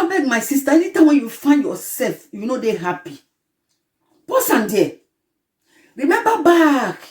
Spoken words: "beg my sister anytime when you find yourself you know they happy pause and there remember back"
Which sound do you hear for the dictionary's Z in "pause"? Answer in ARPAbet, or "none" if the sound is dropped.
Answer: S